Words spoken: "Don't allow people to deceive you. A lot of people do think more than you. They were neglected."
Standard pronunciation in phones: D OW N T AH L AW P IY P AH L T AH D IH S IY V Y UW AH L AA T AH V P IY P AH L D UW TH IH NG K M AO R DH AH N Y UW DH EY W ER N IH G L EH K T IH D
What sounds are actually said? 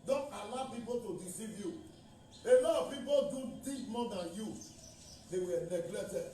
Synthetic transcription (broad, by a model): D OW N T AH L AW P IY P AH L T AH D IH S IY V Y UW AH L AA AH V P IY P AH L D UW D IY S M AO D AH N Y UW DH EY W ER N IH G L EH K T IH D